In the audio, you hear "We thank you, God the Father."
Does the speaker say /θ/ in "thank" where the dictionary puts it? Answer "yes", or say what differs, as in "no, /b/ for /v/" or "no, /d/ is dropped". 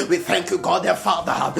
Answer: yes